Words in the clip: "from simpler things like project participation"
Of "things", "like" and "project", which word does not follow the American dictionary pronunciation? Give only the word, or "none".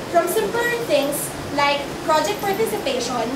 things